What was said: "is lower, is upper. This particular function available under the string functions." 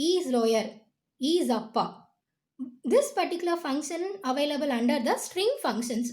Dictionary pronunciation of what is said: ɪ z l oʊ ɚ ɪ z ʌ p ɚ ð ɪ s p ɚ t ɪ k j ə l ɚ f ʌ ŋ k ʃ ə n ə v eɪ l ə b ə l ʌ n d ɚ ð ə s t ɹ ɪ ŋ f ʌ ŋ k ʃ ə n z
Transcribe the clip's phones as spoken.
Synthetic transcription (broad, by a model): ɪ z l oʊ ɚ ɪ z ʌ p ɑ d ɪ s p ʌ t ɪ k j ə l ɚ f ʌ ŋ k ʃ ə n ə v eɪ l ə b ə l ʌ n d ɚ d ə s t ɹ ɪ ŋ f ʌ ŋ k ʃ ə n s